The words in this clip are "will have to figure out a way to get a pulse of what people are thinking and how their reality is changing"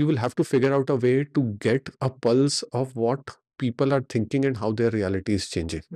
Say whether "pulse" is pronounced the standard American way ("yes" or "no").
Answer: yes